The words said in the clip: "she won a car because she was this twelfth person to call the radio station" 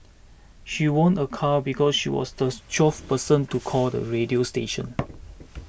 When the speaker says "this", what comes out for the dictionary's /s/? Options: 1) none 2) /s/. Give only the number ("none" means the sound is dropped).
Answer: 1